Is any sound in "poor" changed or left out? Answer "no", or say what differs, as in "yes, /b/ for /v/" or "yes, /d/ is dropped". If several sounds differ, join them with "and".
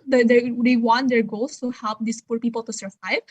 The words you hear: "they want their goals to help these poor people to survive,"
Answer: no